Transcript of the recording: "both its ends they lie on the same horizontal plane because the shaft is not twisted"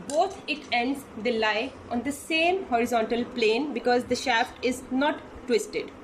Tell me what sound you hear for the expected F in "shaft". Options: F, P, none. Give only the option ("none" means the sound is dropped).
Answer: F